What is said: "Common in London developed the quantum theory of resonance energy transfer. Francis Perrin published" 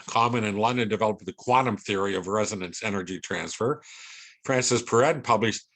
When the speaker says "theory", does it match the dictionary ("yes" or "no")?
yes